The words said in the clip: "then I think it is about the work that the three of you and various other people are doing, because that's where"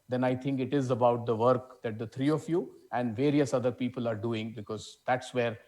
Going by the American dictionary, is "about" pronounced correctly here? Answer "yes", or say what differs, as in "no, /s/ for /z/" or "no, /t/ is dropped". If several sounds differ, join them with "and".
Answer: yes